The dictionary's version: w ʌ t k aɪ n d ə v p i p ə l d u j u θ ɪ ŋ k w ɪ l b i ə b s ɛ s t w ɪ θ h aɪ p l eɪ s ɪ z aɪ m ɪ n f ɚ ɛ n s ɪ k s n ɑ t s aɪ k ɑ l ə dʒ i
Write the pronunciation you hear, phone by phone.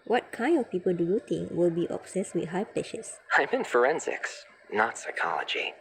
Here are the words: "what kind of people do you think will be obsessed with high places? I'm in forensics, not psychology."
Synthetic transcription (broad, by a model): w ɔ t k aɪ n d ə f p i p ə l d u j u t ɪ ŋ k w ɪ l b i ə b s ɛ s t w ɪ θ h aɪ p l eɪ ʃ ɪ s aɪ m ɪ n f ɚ ɛ n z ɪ k s n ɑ t s aɪ k ɑ l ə dʒ i